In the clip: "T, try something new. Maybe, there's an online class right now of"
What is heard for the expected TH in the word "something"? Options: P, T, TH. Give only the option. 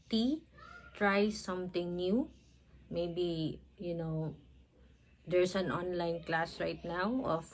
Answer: T